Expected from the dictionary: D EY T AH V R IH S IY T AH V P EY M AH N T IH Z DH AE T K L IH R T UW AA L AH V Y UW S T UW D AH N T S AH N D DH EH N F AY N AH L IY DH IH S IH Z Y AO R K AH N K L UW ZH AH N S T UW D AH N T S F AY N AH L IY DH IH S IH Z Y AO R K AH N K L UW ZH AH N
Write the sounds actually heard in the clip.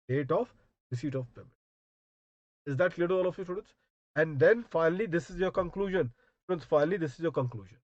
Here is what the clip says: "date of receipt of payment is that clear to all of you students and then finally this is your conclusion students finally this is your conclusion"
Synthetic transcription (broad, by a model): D EY T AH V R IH S IY T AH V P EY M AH T IH Z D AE T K L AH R T UW AA L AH F Y UW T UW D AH N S AH N D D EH N F AY N AH L IY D IH S IH Z Y AO R K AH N K L UW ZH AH N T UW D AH N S F AY N AH L IY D IH S IH Z Y AO R K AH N K L UW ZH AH N